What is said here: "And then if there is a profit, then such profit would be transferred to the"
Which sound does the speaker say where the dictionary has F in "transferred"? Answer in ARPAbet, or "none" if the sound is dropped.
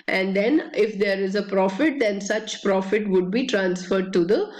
F